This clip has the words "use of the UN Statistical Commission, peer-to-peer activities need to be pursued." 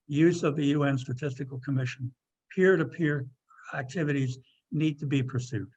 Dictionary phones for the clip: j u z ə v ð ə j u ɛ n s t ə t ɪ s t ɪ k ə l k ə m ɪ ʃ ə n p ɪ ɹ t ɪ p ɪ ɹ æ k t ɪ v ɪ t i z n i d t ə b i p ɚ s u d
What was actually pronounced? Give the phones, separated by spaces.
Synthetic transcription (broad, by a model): j u z ə v ð ə j u ɛ n s t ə t ɪ s t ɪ k l k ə m ɪ ʃ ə n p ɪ ɹ t ɪ p ɪ ɹ æ k t ɪ v ɪ t i z n i d t ə b i p ɚ s u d